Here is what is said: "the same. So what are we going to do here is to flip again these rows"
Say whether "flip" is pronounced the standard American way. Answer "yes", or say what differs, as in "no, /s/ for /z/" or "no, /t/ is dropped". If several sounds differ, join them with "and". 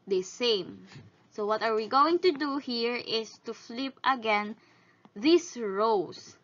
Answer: yes